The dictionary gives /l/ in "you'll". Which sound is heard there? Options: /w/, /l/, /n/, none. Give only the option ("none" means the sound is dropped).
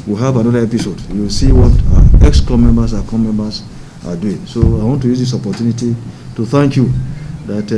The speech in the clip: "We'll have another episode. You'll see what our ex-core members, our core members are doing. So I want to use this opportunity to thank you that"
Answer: /w/